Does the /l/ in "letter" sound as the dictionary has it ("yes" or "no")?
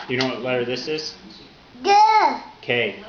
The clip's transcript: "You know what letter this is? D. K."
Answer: no